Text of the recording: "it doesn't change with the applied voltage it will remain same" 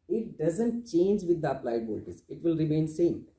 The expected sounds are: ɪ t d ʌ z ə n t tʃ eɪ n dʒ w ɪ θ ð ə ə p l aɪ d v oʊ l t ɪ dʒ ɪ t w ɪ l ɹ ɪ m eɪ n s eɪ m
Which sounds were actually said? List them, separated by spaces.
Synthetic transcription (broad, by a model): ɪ t d ʌ z ə n t tʃ eɪ n dʒ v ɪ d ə ə p l aɪ d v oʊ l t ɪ z ɪ t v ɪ l ɹ ɪ m eɪ n s eɪ m